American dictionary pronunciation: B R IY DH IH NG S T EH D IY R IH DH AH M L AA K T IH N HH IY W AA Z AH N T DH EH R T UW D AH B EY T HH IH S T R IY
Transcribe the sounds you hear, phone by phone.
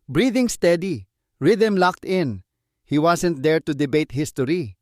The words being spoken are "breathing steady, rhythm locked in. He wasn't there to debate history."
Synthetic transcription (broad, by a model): B R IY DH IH NG S T EH D IY R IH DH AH M L AA K T IH N HH IY W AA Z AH N T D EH R T UW D AH B EY T HH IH S T R IY